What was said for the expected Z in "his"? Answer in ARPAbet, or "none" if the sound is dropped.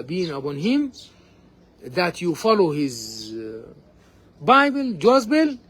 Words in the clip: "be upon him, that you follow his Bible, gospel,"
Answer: Z